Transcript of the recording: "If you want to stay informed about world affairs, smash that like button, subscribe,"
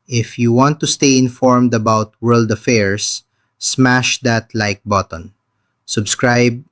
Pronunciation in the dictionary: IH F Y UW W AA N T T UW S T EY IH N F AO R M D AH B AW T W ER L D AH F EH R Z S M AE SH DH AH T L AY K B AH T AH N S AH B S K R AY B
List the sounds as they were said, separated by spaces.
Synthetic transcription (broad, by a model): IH F Y UW W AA N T T UW S T EY IH N F AO R M D AH B AW T W ER L D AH F EH R S M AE SH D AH T L AY K B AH T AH N S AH B S K R AY B